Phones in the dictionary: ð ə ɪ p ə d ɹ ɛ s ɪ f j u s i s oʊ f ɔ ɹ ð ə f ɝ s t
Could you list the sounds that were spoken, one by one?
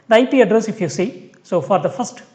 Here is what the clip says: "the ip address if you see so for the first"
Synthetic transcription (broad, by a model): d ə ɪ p ə d ɹ ɛ s ɪ f j u s i s oʊ f ɔ ɹ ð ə f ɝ s t